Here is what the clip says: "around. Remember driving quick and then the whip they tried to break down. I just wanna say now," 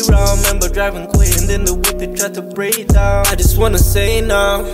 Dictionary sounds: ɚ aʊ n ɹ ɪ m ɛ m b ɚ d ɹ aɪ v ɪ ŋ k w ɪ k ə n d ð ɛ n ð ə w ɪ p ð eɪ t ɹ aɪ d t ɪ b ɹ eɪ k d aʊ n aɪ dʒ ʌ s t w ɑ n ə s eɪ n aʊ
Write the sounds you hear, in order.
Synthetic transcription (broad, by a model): ɹ ɪ m ɛ m b ɚ d ɹ aɪ v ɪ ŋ k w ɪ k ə n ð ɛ n ð ə w ɪ p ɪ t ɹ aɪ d t ɪ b ɹ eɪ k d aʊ aɪ dʒ ʌ s t w ɑ n ə s eɪ n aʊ